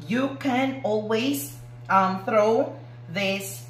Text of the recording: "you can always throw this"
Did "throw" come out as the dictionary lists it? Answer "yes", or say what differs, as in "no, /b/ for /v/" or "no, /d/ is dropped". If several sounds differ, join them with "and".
yes